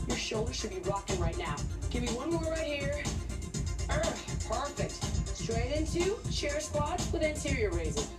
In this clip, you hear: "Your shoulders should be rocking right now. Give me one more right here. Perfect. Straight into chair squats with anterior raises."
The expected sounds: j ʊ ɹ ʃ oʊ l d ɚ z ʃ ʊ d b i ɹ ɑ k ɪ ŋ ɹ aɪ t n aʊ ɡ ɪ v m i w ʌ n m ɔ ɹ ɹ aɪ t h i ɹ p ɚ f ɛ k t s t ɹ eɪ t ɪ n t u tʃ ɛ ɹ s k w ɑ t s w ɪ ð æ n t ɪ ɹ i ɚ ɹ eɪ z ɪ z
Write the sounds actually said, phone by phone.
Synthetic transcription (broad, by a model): j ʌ ɹ ʃ oʊ l d ɚ z ʃ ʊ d b i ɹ ɑ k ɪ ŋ ɹ aɪ t n aʊ ɡ ɪ v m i w ʌ n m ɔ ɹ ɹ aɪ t h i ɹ p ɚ f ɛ k t s t ɹ eɪ t ɪ n t u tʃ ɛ ɹ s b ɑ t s w ɪ ð æ n t ɪ ɹ i ɚ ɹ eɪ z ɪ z